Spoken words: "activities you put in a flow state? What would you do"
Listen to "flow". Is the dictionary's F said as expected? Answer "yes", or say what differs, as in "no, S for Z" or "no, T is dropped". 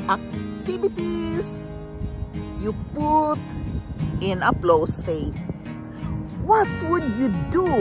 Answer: no, P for F